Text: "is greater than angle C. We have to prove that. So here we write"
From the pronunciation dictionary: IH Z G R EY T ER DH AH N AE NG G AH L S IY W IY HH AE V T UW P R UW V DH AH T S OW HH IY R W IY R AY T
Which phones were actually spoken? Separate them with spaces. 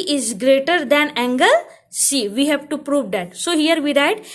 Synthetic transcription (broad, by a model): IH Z G R EY T ER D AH N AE NG G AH L S IY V IY HH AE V T UW P R UW V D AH T S OW HH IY R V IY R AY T